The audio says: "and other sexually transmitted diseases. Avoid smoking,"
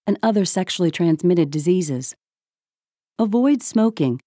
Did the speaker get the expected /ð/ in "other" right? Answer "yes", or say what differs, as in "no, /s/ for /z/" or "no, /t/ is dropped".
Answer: yes